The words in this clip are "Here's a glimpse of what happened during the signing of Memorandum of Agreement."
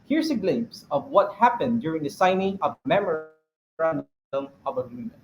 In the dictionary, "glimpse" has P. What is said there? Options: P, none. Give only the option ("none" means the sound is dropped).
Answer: none